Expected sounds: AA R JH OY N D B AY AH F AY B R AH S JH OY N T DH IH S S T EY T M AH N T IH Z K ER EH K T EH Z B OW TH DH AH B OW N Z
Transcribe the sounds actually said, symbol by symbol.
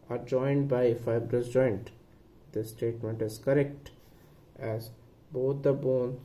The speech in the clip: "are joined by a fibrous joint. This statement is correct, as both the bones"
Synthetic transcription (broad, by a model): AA R JH OY N D B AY AH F AY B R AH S JH OY N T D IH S S T EY T M AH N T IH Z K ER EH K T EH Z B OW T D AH B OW N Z